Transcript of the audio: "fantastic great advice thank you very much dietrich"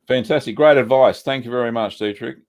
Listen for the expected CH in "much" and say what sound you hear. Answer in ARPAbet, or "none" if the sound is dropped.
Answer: CH